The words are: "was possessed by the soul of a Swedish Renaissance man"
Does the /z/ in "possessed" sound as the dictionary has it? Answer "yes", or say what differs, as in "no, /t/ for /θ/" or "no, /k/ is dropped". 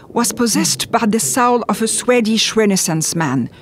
yes